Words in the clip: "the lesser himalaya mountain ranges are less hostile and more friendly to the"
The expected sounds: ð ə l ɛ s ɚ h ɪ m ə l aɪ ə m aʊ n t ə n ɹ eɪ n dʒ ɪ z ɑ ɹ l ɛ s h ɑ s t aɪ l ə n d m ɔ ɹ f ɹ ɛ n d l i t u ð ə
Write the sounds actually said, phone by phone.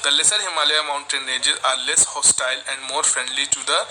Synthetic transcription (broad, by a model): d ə l ɛ s ɚ h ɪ m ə l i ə m aʊ n t ə n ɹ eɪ dʒ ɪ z ɑ ɹ l ɛ s h ɑ s t aɪ l ə n d m ɔ ɹ f ɹ ɛ n d l i t u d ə